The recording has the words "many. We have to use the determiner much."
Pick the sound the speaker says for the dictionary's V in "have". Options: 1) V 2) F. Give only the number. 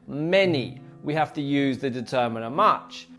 2